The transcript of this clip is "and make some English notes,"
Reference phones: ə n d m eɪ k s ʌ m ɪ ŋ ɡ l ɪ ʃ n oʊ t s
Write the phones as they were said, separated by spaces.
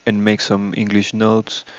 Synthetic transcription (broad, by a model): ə n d m eɪ k s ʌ m ɪ ŋ ɡ l ɪ ʃ n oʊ t s